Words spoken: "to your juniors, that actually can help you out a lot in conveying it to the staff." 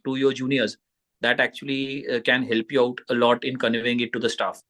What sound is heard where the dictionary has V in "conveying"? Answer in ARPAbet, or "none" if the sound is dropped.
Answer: none